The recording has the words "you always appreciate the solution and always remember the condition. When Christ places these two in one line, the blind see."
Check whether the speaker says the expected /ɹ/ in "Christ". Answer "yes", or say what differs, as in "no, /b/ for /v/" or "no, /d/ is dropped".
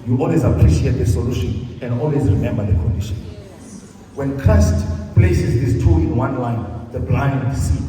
no, /ɹ/ is dropped